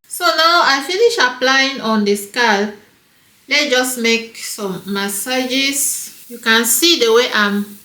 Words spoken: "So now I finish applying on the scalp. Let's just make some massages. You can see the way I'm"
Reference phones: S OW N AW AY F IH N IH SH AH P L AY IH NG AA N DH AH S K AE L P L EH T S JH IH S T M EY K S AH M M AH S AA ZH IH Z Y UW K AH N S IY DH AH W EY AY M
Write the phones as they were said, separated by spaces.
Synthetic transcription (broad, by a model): S OW N AW AY F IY N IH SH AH P L AY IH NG AA N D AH S K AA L L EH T JH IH S M EY K S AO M M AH S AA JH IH S Y UW K AH N S IY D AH W EY AY M